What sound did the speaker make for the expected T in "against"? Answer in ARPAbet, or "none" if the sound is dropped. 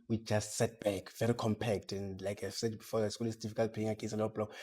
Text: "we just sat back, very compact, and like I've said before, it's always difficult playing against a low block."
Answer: none